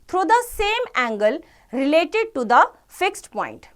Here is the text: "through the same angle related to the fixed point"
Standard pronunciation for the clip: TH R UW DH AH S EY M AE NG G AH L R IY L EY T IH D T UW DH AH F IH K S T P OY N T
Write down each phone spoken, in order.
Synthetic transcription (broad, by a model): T R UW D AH S EY M AE NG G AH L R IY L EY T IH D T UW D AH F IH K S T P OY N T